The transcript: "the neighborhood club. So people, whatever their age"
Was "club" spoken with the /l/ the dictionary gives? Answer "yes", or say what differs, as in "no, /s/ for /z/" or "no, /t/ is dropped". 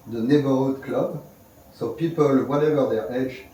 yes